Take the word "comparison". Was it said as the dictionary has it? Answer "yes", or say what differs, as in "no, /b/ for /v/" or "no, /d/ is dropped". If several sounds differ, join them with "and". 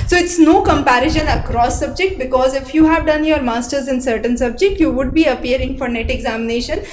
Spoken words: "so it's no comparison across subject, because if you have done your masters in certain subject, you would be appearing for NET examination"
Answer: no, /ʃ/ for /s/